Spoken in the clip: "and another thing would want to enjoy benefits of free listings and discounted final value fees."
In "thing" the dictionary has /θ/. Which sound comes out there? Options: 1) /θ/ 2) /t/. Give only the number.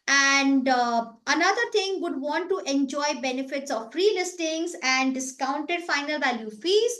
2